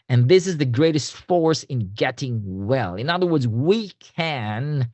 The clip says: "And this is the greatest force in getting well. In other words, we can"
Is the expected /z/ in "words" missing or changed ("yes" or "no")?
no